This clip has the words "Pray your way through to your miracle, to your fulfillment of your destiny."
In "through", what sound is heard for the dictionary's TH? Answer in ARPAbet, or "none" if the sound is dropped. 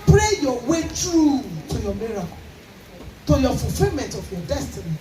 T